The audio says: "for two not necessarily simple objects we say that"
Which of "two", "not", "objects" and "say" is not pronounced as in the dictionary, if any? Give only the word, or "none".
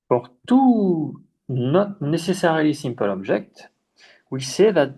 objects